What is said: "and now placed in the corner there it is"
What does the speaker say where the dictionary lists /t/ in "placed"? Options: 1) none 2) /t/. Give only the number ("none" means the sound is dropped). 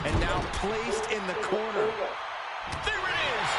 2